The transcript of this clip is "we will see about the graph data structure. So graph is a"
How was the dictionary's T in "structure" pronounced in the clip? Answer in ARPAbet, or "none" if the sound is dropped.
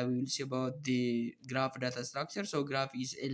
T